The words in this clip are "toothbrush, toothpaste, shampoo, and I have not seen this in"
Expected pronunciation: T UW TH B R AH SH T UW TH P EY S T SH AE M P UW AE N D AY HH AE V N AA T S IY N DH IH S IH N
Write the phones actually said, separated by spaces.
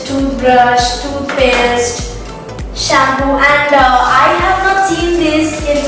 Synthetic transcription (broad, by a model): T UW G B R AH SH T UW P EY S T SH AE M B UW AE N D AY HH AE V N AA T S IY N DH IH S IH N